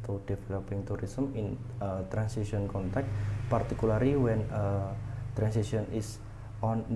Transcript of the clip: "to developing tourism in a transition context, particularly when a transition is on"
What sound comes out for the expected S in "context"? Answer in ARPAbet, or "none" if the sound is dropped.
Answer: none